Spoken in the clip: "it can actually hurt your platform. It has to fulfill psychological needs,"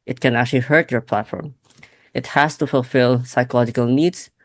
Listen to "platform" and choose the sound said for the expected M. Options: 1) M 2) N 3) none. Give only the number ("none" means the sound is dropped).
1